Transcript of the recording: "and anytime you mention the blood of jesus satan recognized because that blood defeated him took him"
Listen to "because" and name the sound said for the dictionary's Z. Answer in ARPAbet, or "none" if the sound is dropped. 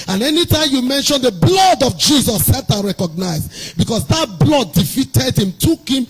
S